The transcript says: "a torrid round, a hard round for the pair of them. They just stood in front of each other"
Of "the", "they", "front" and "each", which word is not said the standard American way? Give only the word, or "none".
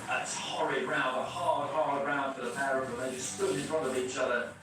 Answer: front